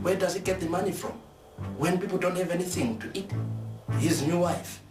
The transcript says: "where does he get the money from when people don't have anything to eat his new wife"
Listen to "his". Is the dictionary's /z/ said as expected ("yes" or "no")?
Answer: yes